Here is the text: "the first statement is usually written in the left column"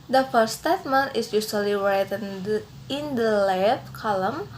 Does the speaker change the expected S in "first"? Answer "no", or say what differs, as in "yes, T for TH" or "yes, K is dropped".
yes, S is dropped